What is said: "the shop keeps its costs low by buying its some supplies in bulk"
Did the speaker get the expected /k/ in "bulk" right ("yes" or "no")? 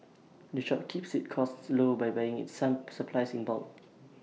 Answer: no